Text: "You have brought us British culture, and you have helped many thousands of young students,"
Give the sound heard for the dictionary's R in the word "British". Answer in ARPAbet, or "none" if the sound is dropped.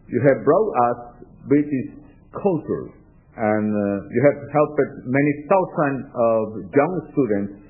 none